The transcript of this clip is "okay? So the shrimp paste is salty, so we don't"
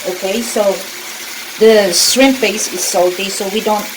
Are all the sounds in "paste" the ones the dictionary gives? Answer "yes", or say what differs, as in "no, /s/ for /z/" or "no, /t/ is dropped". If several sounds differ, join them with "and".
no, /t/ is dropped